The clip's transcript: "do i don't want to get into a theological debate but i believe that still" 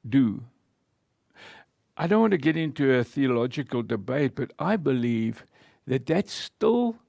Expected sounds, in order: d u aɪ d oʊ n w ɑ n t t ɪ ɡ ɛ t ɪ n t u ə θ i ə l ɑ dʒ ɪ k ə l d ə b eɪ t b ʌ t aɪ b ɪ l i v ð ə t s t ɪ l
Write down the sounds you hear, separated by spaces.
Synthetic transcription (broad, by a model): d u aɪ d oʊ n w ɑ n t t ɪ ɡ ɛ t ɪ n t u ə θ i ə l ɑ dʒ ɪ k ə l d ə b eɪ t b ʌ t aɪ b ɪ l i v ð ə t s t ɪ l